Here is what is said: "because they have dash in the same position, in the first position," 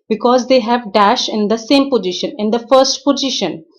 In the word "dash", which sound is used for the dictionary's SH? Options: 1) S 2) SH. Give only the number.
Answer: 2